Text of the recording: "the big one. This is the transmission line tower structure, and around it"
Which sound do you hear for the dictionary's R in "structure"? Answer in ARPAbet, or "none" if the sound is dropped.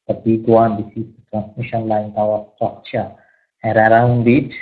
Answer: none